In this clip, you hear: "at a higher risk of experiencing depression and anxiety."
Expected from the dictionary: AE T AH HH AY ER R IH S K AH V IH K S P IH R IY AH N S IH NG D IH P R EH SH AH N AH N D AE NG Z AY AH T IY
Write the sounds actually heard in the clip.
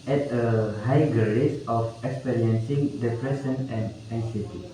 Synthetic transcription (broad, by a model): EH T AH HH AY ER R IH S AH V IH K S P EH R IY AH N S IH NG D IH P R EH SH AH N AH N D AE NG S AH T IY